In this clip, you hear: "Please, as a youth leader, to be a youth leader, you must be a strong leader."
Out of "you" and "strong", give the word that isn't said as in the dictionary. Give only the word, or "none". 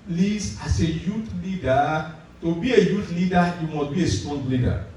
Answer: strong